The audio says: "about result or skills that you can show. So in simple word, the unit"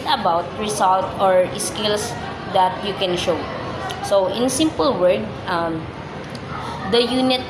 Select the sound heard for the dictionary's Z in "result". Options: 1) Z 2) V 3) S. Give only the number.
3